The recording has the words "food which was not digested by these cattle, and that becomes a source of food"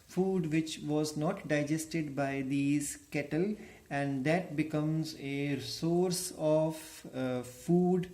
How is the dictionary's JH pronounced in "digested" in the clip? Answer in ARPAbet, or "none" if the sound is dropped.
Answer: JH